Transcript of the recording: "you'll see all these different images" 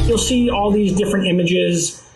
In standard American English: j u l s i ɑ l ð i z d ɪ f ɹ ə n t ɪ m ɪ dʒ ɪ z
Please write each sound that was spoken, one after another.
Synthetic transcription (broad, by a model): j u l s i ɑ l ð i z d ɪ f ɹ ə n t ɪ m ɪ dʒ ɪ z